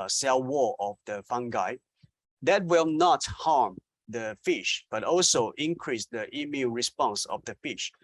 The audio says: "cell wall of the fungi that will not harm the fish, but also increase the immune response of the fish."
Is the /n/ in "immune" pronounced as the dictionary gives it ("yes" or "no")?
no